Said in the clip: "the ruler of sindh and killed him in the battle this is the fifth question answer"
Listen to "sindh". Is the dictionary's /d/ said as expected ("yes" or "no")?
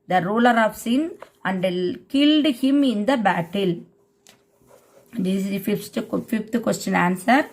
no